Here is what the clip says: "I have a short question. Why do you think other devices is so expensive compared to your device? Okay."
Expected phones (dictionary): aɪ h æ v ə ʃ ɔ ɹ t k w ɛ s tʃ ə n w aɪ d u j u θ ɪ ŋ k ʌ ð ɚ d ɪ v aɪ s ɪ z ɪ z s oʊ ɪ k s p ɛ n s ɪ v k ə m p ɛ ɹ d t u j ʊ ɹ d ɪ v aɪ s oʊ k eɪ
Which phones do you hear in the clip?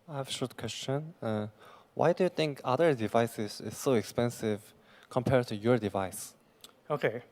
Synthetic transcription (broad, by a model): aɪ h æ v ə ʃ ɔ ɹ t k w ɛ s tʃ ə n w aɪ d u j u θ ɪ ŋ k ʌ ð ɚ d ɪ v aɪ s ɪ z ɪ z s oʊ ɪ k s p ɛ n s ɪ v k ə m p ɛ ɹ d t u j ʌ ɹ d ɪ v aɪ s oʊ k eɪ